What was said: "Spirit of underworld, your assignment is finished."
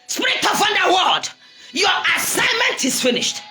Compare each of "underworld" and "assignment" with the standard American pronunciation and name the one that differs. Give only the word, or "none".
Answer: underworld